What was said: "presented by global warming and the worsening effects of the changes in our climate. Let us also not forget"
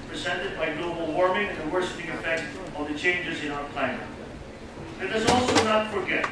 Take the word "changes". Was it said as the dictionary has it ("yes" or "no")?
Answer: yes